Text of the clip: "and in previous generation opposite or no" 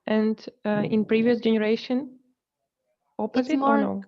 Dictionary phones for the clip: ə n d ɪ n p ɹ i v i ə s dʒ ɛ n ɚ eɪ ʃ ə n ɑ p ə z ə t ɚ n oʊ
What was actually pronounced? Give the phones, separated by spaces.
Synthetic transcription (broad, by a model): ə n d ɪ n p ɹ i v i ə s dʒ ɛ n ɚ eɪ ʃ ə n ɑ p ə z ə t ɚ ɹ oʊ